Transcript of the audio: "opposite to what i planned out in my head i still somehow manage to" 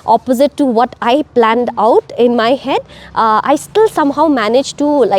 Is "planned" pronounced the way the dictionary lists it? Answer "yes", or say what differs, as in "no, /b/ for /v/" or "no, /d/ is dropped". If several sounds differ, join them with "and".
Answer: yes